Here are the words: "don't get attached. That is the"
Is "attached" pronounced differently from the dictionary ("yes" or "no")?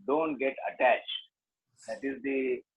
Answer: no